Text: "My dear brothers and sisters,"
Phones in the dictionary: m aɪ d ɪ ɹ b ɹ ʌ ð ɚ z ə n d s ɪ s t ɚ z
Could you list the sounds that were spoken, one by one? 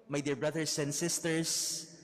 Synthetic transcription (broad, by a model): m aɪ d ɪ ɹ b ɹ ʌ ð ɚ s ə n d s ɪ s t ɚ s